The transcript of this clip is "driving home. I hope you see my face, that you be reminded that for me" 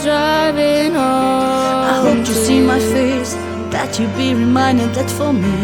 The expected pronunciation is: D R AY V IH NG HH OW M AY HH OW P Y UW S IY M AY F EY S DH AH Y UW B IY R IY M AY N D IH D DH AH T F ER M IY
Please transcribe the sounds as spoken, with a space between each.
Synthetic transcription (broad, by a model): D R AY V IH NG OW AY HH OW P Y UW S IY M AY F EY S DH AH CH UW B IY R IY M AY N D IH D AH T F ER M IY